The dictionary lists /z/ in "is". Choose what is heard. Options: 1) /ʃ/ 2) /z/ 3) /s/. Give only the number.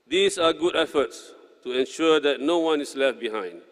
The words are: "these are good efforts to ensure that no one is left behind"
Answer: 3